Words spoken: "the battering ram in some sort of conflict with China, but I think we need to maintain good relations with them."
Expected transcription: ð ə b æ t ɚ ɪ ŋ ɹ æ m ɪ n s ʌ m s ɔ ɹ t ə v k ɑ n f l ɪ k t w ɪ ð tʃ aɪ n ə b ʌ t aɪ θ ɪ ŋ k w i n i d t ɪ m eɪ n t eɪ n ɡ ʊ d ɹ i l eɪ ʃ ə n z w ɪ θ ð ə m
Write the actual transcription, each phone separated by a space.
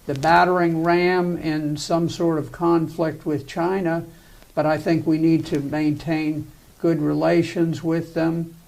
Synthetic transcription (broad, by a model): ð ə b æ t ɚ ɪ ŋ ɹ æ m ɪ n s ʌ m s ɔ ɹ t ə v k ɑ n f l ɪ k t w ɪ ð tʃ aɪ n ə b ʌ t aɪ θ ɪ ŋ k w i n i d t ɪ m eɪ n t eɪ n ɡ ʊ d ɹ i l eɪ ʃ ə n z w ɪ ð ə m